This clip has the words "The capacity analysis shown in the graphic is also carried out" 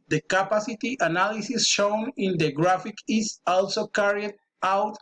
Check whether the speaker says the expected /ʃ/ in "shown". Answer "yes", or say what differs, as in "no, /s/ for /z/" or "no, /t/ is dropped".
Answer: yes